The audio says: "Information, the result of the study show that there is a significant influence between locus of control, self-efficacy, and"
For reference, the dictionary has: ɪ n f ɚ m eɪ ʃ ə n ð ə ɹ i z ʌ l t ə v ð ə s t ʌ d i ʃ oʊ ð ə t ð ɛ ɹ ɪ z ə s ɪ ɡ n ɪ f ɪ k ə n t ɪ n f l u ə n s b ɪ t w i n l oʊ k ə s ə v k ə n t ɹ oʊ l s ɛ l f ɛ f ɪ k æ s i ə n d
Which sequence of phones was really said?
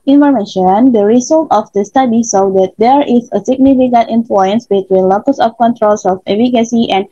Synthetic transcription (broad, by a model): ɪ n f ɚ m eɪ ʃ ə n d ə ɹ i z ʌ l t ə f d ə s t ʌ d i s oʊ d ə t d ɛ ɹ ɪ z ə s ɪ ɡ n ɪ f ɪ k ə n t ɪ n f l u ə n s b ɪ t w i n l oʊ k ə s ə f k ə n t ɹ oʊ l s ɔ f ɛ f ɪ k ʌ s i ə n